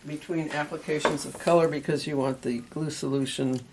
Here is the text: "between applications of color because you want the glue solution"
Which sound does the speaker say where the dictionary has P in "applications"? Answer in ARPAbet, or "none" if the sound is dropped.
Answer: P